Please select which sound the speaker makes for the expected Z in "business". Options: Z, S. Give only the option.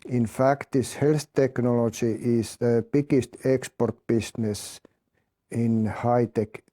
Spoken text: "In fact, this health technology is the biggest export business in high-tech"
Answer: S